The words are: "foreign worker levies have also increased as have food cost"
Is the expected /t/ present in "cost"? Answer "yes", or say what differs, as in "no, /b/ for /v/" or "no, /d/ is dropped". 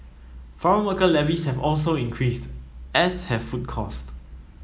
yes